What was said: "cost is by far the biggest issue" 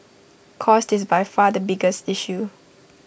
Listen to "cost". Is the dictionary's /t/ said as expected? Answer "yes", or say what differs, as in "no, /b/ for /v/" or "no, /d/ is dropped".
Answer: yes